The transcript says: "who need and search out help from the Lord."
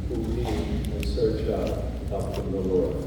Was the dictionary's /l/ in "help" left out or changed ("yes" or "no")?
yes